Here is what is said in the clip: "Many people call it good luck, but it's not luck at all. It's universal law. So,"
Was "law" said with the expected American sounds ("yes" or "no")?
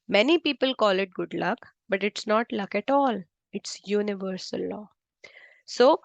yes